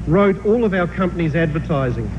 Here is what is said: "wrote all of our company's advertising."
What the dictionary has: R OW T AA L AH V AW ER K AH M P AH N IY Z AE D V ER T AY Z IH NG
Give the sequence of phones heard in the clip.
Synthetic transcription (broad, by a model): R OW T AA L AH V AW ER K AH M P AH N IY Z AE D V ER T AY Z IH NG